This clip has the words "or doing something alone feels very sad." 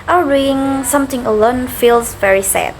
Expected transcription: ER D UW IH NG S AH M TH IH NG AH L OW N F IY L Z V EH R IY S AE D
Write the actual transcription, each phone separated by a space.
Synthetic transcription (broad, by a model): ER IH NG S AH M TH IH NG AH L OW N F IY L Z V EH R IY S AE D